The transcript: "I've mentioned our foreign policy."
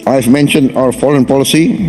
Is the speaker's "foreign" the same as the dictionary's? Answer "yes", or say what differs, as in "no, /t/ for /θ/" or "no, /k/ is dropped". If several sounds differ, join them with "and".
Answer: no, /l/ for /ɹ/